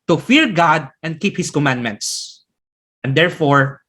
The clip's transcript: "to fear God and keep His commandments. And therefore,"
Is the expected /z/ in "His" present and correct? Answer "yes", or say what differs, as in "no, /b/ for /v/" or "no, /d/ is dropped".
no, /s/ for /z/